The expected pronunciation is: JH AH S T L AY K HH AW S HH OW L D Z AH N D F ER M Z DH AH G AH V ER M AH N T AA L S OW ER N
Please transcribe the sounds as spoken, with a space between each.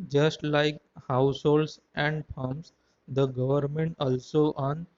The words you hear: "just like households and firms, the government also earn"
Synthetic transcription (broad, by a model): JH AH S T L AY K HH AW S HH OW L D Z AH N D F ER M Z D AH G AH V ER M AH N T AA L S OW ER N